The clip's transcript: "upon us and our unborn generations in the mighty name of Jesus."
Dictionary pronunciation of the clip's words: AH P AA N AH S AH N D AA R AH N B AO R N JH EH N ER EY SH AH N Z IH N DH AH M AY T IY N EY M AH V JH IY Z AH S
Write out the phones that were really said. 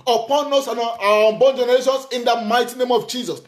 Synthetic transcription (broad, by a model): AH P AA N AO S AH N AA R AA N B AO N JH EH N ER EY SH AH N S IH N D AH M AY T IY N EY M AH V JH IY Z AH S